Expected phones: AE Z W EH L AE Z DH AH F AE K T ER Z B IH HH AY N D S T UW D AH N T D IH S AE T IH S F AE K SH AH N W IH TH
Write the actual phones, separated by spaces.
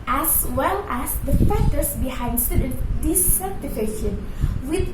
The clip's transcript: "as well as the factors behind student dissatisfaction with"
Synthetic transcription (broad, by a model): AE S W EH L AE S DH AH F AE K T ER S B IH HH AY N D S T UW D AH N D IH S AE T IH F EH SH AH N W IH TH